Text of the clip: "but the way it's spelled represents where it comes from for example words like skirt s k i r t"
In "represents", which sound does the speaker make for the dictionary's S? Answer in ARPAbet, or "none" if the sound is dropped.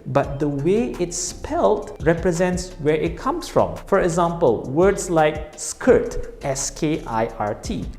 S